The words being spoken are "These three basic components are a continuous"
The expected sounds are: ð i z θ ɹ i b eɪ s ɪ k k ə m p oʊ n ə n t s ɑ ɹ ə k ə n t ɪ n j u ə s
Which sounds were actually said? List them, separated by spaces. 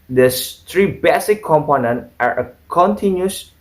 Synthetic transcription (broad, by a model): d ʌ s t ɹ i b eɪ s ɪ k k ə m p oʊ n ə n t ɑ ɹ ə k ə n t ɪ n j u s